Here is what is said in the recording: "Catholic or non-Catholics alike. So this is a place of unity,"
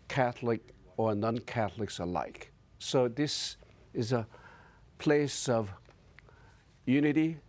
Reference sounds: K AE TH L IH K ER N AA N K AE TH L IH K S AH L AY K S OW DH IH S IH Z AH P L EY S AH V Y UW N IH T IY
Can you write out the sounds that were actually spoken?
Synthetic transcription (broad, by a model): K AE TH L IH K ER N AA N K AE TH L IH K S AH L AY K S OW DH IH S IH Z AH P L EY S AH V Y UW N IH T IY